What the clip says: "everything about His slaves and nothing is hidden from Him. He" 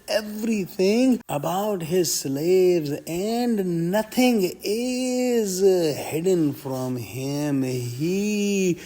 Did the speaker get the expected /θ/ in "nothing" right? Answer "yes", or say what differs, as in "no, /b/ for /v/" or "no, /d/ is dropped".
no, /t/ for /θ/